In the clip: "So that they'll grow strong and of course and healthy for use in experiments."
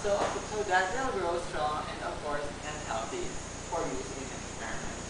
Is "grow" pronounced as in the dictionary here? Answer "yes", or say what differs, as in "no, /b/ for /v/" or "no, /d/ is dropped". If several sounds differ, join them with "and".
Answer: yes